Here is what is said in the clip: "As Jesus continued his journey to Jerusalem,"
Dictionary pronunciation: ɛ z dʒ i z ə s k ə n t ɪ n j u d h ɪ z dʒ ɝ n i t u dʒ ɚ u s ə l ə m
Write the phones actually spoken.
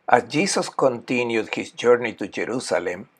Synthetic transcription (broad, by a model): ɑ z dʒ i s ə s k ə n t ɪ n j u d h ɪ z dʒ ɝ n i t u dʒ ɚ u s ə l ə m